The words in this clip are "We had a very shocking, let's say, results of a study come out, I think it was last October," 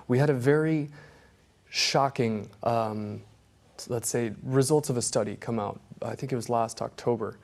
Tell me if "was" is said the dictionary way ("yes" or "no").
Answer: yes